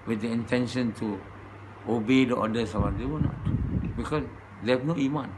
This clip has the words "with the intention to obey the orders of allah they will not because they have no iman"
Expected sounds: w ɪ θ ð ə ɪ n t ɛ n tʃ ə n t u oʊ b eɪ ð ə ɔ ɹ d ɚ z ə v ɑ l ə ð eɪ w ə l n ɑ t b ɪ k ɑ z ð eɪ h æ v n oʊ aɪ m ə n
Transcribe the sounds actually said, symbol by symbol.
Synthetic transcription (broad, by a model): w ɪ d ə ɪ n t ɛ n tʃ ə n t u oʊ b eɪ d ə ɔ d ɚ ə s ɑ w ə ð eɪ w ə n ɑ t b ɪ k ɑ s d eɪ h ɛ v n oʊ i m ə n